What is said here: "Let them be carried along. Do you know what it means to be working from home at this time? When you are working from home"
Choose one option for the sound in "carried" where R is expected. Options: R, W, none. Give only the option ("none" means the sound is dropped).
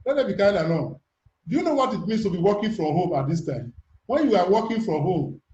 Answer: none